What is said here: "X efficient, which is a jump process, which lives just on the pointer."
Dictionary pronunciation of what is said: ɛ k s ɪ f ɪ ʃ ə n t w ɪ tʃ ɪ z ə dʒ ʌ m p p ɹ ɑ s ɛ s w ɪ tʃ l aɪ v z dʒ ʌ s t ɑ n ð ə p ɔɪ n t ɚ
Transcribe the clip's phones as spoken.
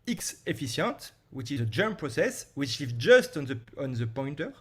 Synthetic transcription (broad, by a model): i k s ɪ f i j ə n t w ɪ tʃ ɪ z ə dʒ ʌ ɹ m p ɹ ɑ s ɛ s w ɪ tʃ l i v dʒ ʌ s t ɑ n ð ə p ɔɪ n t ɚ